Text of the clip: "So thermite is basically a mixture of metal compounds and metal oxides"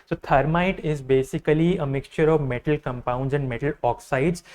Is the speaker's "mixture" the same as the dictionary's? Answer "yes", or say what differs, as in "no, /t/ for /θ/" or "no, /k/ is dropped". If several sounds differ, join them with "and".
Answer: yes